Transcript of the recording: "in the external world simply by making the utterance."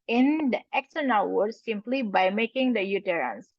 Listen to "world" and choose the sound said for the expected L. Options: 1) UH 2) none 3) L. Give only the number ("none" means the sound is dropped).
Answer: 2